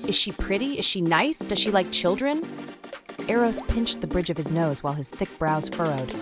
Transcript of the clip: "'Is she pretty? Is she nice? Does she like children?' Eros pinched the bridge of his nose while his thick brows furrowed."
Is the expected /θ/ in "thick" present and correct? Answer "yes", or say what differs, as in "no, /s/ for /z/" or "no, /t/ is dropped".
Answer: yes